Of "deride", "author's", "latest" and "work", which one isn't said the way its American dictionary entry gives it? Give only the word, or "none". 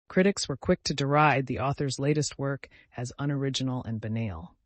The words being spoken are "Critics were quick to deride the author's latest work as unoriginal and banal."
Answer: none